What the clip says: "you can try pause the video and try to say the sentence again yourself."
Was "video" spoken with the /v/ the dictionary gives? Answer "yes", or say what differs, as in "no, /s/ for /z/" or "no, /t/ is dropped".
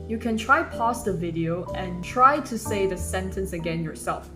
yes